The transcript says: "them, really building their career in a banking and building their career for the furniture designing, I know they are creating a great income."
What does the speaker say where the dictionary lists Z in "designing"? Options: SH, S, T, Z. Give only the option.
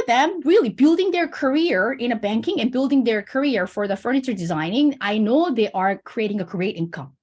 Z